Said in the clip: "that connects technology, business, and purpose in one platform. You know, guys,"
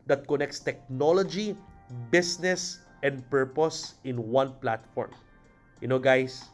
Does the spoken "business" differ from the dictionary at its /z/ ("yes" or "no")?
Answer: yes